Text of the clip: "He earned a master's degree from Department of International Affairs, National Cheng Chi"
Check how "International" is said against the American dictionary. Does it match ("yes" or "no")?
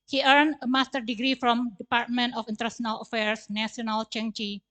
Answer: no